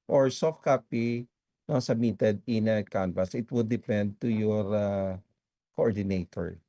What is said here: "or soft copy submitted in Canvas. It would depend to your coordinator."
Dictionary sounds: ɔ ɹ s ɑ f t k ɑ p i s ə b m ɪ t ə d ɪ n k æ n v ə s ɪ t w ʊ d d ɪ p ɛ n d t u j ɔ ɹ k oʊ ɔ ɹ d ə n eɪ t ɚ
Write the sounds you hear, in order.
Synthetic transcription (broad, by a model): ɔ ɹ s ɑ f t k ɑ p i s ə b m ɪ t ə d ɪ n k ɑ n p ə s ɪ t w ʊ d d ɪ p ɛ n d t u j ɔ ɹ k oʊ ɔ ɹ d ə n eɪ t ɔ